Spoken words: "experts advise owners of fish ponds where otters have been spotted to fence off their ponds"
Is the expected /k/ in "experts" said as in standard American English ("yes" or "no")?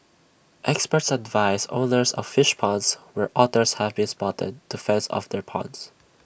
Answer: yes